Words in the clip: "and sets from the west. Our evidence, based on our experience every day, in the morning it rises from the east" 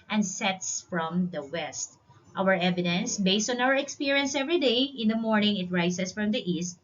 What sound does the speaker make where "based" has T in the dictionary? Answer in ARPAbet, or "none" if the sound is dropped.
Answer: T